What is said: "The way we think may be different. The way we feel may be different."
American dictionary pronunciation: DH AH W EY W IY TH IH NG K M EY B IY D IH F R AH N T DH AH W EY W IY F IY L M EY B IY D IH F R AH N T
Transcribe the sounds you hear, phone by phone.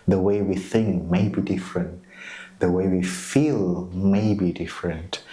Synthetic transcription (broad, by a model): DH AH W EY W IY TH IH NG K M EY B IY D IH F R AH N T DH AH W EY W IY F IY L M EY B IY D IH F R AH N T